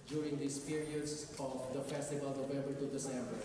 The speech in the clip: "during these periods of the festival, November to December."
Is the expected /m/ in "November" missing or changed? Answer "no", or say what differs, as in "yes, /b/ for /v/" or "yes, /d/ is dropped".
yes, /m/ is dropped